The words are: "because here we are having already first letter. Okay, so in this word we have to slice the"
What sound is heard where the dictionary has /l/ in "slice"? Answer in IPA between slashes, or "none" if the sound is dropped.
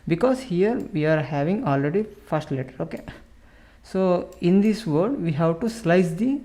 /l/